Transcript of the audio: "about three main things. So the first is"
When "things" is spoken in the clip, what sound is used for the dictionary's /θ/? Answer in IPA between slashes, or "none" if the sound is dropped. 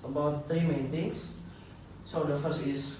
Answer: /t/